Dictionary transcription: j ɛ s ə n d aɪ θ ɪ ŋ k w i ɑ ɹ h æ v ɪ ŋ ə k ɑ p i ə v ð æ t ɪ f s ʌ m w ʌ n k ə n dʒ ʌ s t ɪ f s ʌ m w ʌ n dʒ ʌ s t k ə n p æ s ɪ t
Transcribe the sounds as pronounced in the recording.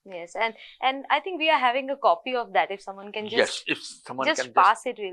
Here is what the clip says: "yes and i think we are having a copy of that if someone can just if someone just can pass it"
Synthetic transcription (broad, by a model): j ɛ s ə n d aɪ t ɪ ŋ k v i ɑ ɹ h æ v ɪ ŋ ə k ɑ p i ə v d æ t ɪ f s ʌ m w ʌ n k ə n dʒ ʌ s ɪ f s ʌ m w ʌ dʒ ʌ s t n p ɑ s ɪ t